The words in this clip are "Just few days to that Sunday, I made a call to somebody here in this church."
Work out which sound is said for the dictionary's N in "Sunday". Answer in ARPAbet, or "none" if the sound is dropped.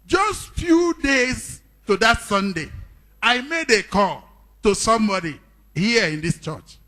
N